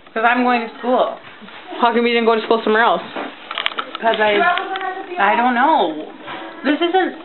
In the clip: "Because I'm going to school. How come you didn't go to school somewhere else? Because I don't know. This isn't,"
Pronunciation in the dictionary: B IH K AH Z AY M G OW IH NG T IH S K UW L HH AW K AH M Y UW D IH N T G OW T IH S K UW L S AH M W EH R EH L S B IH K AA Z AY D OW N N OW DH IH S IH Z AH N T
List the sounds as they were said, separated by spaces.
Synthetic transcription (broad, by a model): K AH Z AY M G OW IH NG T IH S K UW L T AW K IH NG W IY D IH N G OW T IH S K UW L S AH M W EH R EH L S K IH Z AA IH AY D OW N N OW DH IH S IH Z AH N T